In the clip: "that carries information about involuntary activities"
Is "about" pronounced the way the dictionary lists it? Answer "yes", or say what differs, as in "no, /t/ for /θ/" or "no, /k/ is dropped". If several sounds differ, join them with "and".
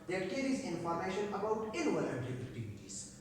yes